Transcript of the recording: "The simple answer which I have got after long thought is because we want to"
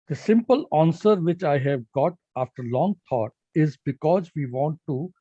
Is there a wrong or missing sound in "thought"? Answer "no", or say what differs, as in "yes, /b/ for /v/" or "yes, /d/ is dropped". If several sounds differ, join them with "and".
yes, /t/ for /θ/